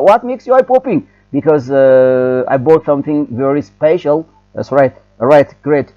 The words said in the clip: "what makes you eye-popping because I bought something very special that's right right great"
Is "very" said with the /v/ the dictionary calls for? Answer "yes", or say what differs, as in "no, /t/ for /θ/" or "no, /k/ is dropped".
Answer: yes